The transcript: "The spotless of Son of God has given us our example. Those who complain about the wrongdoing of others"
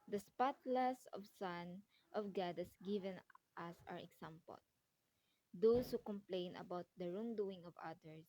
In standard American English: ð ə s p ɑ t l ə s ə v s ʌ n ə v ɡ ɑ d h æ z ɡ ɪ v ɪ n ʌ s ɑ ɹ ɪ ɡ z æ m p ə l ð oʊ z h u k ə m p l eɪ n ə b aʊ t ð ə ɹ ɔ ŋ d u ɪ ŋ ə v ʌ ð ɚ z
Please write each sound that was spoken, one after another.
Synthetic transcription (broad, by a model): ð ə s p ɑ t l ə s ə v s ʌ n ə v ɡ ɑ d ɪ s ɡ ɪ v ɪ n ʌ s ɑ ɹ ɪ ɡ s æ m p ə l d oʊ s h u k ə m p l eɪ n ə b aʊ t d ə ɹ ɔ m d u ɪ ŋ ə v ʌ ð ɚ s